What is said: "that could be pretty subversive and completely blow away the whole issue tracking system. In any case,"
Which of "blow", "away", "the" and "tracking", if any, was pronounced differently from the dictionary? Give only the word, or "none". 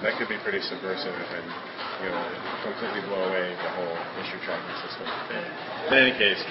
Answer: tracking